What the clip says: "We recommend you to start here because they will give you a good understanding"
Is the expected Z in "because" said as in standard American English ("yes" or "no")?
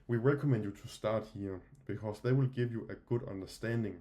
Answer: no